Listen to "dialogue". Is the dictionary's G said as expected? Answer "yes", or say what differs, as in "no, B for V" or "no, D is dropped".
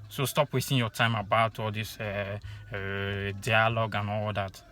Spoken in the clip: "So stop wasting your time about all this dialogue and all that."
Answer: yes